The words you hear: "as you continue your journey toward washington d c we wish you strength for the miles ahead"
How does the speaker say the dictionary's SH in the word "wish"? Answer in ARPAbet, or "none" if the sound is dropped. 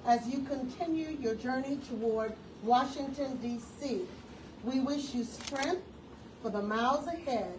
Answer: SH